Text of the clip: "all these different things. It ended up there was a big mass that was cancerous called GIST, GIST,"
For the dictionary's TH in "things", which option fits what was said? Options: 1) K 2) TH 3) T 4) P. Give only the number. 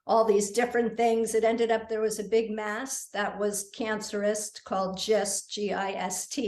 2